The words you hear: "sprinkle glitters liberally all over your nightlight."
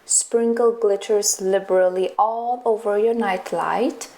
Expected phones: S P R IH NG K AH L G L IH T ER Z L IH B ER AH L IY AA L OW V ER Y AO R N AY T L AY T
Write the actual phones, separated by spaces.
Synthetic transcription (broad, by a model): S P R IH NG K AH L G L IH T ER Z L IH B ER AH L IY AA L OW V ER Y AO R N AY T L AY T